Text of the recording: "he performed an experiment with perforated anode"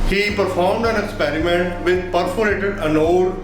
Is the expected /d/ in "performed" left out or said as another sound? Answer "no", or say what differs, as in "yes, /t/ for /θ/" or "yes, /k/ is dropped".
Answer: no